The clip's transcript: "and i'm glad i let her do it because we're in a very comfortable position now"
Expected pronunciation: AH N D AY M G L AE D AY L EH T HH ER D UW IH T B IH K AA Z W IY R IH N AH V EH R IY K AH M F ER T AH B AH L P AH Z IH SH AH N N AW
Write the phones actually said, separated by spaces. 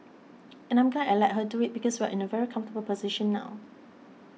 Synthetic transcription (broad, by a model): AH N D AY M G N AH AH L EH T HH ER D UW IH T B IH K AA S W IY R IH N AH V EH R IY K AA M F T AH B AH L P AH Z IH SH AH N N AW